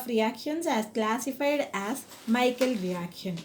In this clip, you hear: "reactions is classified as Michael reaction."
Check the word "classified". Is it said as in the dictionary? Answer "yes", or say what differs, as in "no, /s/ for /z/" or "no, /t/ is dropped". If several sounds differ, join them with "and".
yes